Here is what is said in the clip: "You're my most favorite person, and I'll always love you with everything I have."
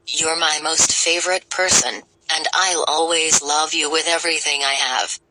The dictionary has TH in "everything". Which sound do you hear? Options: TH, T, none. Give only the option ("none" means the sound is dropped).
TH